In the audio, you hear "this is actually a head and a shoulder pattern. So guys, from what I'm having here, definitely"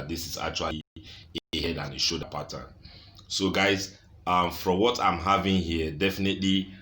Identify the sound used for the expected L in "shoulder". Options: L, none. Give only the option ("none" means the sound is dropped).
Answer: none